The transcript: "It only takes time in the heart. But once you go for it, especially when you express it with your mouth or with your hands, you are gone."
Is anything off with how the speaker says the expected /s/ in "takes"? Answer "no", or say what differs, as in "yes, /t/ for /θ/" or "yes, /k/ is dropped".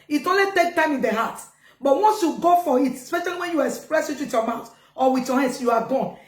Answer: yes, /s/ is dropped